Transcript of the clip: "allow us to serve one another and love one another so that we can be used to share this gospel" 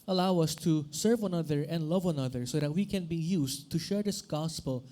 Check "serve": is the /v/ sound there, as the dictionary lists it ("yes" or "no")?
yes